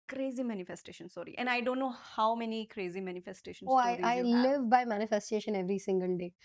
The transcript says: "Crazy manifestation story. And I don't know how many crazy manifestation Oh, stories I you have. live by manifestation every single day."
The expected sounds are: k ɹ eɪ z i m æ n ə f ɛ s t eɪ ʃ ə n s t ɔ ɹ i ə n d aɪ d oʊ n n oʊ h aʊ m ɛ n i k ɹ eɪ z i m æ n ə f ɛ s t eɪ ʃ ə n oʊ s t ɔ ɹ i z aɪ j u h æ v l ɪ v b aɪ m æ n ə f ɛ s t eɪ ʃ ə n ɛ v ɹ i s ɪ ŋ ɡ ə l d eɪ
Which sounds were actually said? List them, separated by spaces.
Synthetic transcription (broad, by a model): k ɹ eɪ z i m æ n ə f ɛ s t eɪ ʃ ə n s ɔ ɹ i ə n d aɪ d oʊ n n oʊ h aʊ m ɛ n i k ɹ eɪ z i m æ n ə f ɛ s t eɪ ʃ ə n oʊ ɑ i aɪ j l ɪ v b aɪ m æ n ə f ɛ s t eɪ ʃ ə n ɛ v ɹ i s ɪ ŋ ɡ ə l d eɪ